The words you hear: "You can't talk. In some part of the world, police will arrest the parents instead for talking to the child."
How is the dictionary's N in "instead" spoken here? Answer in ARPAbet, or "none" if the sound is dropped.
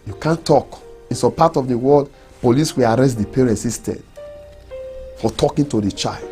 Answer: none